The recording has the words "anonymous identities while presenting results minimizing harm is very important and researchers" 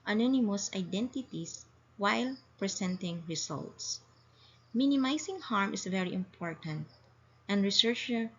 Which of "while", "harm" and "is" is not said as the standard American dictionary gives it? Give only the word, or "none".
is